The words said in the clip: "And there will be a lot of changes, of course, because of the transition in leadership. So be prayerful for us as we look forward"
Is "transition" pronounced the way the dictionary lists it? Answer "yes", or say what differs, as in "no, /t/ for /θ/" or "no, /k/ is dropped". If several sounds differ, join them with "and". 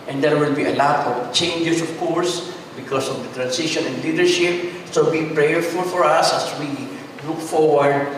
no, /s/ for /z/